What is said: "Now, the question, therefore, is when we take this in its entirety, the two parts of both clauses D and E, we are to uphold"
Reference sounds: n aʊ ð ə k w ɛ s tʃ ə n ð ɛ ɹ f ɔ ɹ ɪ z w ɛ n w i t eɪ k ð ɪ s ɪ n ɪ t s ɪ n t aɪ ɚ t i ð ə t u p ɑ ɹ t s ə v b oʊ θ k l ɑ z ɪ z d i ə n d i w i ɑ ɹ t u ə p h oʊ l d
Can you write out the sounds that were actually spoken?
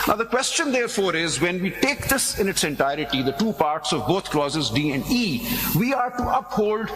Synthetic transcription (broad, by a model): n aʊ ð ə k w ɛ s tʃ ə n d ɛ ɹ f ɔ ɹ ɪ z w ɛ n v i t eɪ k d ɪ s ɪ n ɪ t s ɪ n t aɪ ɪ t i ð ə t u p ɑ ɹ t s ə v b oʊ t k l ɑ z ɪ z d i ə n d i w i ɑ ɹ t u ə p h oʊ l d